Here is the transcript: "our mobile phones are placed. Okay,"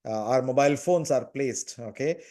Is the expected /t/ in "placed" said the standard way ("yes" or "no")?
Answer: yes